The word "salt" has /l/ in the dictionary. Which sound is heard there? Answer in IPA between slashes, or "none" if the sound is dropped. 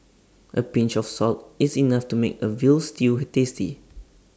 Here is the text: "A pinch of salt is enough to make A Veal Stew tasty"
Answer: /l/